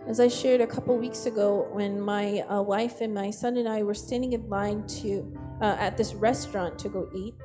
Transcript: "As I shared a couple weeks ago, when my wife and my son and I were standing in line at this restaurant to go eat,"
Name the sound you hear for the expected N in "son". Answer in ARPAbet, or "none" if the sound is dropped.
N